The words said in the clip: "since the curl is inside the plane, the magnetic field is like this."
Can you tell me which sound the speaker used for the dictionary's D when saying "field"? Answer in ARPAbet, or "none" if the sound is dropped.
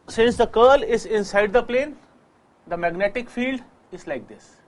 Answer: D